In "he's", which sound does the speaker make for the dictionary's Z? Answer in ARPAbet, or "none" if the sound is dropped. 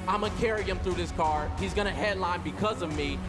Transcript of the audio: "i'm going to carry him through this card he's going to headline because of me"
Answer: Z